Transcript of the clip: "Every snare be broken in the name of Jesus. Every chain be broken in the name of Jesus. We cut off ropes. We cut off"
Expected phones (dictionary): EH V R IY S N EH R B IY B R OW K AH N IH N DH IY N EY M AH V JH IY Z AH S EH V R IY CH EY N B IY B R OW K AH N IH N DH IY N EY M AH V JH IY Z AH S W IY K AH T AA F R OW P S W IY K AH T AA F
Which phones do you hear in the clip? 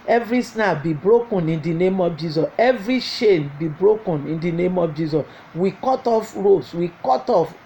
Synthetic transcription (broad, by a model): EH V R IY S N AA B IY B R OW K AH N IH N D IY N EY M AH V JH IY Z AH S EH V R IY SH EY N B IY B R OW K AH N IH N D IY N EY M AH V JH IY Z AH S W IY K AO T AA F R OW S W IY K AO T AA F